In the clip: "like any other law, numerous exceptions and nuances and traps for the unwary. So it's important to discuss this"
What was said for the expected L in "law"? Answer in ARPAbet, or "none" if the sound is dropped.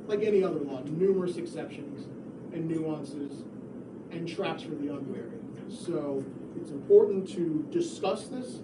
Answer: W